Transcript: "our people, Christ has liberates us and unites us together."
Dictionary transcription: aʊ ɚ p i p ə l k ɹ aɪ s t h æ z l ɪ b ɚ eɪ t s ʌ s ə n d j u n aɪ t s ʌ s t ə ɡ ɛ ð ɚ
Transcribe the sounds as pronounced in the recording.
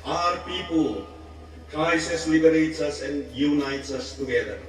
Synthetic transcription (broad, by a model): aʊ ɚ p i p ə l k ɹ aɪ s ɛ s l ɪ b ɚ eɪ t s ʌ s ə n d j u n aɪ t s ʌ s t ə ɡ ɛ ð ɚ